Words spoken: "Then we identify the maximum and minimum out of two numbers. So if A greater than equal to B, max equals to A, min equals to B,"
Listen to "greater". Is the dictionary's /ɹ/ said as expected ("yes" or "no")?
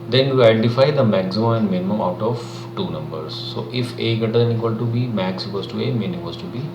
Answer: no